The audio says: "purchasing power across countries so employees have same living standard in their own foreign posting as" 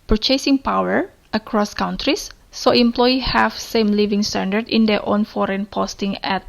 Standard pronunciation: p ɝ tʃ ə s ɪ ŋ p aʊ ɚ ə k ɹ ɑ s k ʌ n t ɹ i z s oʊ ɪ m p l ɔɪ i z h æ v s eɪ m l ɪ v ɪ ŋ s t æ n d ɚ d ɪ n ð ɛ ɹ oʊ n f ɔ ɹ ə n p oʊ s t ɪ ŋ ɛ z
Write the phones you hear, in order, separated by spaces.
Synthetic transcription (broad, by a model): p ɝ tʃ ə s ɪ ŋ p aʊ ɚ ə k ɹ ɑ s k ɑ n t ɹ i s oʊ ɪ m p l ɔɪ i h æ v s eɪ m l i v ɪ ŋ s t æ n d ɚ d ɪ n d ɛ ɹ oʊ n f ɔ ɹ ə n p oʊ s t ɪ ŋ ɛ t